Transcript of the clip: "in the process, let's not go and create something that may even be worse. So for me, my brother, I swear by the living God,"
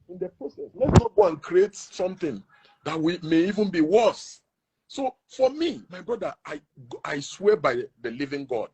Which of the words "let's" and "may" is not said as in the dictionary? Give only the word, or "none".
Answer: let's